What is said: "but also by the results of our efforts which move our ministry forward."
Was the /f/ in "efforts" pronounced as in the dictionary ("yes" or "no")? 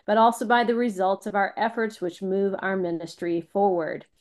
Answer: yes